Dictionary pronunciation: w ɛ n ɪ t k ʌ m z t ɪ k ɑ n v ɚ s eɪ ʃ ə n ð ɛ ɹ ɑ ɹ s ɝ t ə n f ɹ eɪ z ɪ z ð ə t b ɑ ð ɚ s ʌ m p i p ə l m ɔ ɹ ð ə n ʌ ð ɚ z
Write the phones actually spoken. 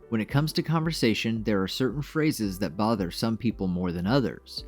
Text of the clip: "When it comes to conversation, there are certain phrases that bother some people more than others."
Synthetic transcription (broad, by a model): w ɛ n ɪ t k ʌ m z t ɪ k ɑ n v ɚ s eɪ ʃ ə n ð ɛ ɹ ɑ ɹ s ɝ t n f ɹ eɪ z ɪ z ð ə t b ɑ ð ɚ s ʌ m p i p l m ɔ ɹ ð ə n ʌ ð ɚ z